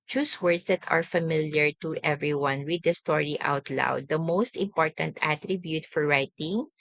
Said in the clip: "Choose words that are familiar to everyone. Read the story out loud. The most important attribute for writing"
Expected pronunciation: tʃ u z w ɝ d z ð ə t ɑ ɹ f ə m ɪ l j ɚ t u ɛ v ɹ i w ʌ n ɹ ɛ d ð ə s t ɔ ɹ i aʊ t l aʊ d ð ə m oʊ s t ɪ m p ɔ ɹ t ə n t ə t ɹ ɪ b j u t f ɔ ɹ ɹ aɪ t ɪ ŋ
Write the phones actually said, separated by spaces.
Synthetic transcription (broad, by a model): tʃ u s w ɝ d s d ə t ɑ ɹ f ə m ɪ l j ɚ t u ɛ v ɹ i w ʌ n w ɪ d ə s t ɔ ɹ i aʊ t l aʊ d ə m oʊ s t ɪ m p ɔ ɹ t ə n t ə t ɹ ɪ b j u t f ɔ ɹ ɹ aɪ t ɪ ŋ